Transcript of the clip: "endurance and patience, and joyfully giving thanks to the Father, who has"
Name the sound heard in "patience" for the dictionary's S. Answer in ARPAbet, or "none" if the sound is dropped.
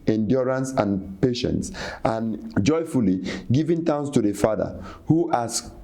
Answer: S